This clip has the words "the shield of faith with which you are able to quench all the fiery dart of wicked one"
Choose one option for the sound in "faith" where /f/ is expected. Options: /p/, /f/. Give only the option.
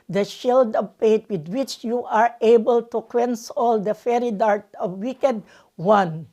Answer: /p/